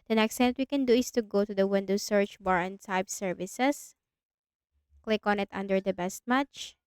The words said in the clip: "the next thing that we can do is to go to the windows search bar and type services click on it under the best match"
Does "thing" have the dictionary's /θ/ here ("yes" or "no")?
no